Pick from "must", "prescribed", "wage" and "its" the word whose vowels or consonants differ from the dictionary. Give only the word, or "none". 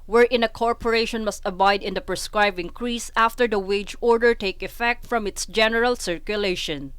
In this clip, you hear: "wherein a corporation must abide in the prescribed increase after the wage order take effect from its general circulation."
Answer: prescribed